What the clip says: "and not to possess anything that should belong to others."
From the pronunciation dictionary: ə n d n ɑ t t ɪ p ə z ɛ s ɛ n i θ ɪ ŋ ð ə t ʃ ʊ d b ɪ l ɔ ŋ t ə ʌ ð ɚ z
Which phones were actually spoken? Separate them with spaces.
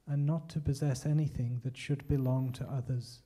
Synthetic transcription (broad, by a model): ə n n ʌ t t ɪ p ə z ɛ s ɛ n i θ ɪ ŋ ð ə t ʃ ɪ d b ɪ l ɔ ŋ t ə ʌ ð ɚ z